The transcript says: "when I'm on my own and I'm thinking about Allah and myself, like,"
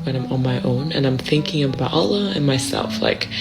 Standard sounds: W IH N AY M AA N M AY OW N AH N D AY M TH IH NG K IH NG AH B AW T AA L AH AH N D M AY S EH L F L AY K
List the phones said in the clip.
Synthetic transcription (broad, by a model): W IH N AY M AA N M AY OW N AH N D AY M TH IH NG K IH NG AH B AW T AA L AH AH N M AY S EH L F L AY K